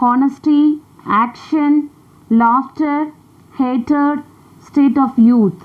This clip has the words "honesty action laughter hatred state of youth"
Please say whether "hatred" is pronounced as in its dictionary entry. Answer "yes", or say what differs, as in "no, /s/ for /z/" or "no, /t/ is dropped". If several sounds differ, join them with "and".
no, /ɹ/ is dropped